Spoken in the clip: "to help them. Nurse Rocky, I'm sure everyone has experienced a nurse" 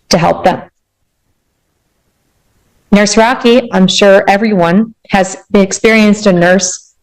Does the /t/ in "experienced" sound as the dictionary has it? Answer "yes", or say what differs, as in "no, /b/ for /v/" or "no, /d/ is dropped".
yes